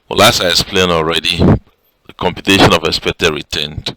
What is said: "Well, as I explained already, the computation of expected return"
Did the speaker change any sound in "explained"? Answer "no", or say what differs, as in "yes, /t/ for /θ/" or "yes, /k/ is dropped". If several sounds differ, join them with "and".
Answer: yes, /k/ is dropped and /d/ is dropped